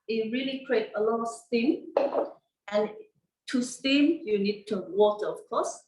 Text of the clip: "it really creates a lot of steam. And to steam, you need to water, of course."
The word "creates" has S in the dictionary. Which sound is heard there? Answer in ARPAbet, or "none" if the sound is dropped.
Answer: none